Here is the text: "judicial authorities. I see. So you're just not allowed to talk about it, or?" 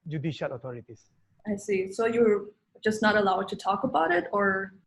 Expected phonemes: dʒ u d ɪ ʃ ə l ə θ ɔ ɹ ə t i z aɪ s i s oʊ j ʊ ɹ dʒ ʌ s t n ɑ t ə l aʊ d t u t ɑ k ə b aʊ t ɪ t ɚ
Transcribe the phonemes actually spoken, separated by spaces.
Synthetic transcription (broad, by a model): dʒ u d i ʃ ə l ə t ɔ ɹ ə t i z aɪ s i s oʊ j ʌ ɹ dʒ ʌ s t n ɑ t ə l aʊ d t u t ɑ k ə b aʊ t ɪ t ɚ